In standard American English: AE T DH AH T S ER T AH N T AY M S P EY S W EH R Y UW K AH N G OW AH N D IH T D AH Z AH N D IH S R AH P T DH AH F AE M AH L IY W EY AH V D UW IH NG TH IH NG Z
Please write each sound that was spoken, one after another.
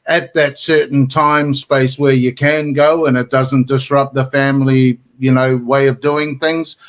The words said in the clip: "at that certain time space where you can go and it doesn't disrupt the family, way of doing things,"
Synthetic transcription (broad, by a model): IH T DH AH T S ER T N T AY M S P EY S W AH R Y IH K AH N G OW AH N IH T D AH Z AH N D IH S R AH P DH AH F AE M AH N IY W EY AH V D UW IH NG TH IH NG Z